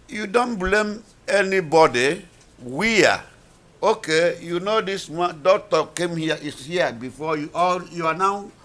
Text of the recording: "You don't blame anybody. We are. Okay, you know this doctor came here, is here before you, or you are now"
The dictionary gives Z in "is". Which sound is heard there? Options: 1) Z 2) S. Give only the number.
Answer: 2